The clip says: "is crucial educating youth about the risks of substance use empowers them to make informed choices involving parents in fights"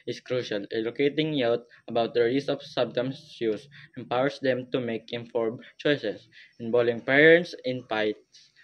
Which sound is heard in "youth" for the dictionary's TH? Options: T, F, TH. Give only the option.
T